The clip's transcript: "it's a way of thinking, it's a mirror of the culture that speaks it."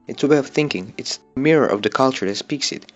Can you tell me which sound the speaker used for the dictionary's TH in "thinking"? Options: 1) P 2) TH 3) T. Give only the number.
2